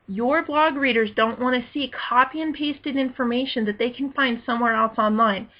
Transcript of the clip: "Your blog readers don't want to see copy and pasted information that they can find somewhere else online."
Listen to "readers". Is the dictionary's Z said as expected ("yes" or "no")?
yes